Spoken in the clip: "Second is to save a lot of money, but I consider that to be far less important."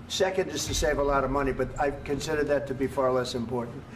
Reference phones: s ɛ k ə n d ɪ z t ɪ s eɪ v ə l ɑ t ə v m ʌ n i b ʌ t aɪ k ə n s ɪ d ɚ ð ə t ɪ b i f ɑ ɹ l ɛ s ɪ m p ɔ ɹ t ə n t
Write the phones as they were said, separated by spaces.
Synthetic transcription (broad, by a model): s ɛ k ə n d ɪ z t ɪ s eɪ v ə l ɑ t ə v m ʌ n i b ʌ t aɪ k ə n s ɪ d ɚ ð ə t ɪ b i f ɑ ɹ l ɛ s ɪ m p ɔ ɹ t n t